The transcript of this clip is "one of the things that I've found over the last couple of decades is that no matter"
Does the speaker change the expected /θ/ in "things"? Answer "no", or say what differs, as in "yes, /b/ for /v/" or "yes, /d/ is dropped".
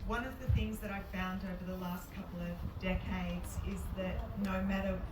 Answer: no